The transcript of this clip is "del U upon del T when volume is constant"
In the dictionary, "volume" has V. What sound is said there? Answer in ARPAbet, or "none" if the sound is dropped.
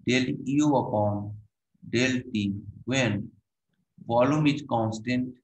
F